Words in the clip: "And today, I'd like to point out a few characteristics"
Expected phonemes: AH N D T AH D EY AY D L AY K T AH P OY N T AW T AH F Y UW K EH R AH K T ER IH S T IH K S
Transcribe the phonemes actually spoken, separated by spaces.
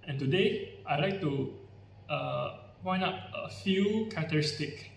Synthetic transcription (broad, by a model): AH N T AH D EY AY L AY K T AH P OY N AW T AH F Y UW K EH R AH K T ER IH S T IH K